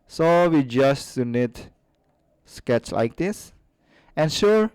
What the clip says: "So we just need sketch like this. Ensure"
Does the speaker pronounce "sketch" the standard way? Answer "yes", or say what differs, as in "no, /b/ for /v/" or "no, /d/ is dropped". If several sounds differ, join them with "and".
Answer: yes